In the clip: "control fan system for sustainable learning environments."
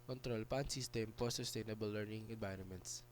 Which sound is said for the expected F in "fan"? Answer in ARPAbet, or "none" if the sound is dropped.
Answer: P